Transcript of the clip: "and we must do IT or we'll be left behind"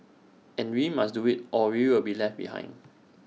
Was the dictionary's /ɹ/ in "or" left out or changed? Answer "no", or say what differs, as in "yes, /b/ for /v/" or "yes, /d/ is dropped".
yes, /w/ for /ɹ/